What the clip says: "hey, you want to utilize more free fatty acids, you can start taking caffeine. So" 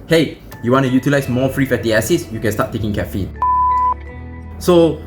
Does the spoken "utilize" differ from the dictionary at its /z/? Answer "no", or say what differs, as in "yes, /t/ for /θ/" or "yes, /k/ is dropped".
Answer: yes, /s/ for /z/